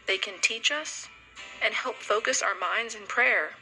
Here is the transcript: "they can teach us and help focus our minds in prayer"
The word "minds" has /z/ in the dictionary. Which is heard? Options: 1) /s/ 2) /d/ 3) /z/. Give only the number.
3